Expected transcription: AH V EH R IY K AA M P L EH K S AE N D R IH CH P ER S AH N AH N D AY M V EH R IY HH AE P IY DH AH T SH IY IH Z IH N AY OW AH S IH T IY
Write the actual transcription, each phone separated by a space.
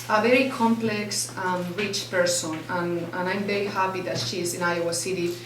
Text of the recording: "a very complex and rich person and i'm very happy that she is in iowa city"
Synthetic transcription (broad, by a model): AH V EH R IY K AA M P L EH K S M R IH CH P ER S AH N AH N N AY M V EH R IY HH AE P IY DH AH T SH IY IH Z IH N AY OW AH S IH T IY